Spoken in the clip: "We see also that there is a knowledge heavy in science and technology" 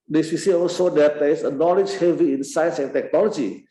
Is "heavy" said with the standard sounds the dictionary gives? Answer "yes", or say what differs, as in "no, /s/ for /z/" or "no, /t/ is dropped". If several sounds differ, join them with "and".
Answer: yes